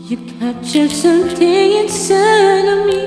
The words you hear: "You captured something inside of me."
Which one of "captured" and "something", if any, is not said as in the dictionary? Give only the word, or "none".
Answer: captured